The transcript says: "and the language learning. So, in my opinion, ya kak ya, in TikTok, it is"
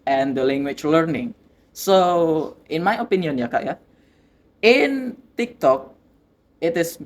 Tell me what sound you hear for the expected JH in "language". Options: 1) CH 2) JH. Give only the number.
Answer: 1